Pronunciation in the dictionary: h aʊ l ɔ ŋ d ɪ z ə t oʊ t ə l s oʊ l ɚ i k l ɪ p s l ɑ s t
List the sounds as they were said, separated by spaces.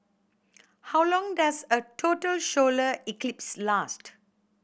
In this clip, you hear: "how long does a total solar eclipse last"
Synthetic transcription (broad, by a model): h aʊ l ɔ ŋ d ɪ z ə t oʊ t ə l ʃ oʊ l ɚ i k l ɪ p s l ɑ s t